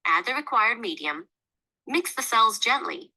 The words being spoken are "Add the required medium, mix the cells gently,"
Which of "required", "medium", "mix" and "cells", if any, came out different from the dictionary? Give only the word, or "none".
none